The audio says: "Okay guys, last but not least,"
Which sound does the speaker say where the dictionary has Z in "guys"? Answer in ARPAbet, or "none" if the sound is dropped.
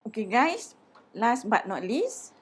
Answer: S